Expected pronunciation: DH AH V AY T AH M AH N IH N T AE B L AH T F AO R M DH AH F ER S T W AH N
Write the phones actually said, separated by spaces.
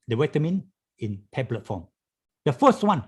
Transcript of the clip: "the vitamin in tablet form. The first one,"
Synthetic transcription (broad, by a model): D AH W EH T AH M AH N IH N T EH B L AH T F AO M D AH F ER S T W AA N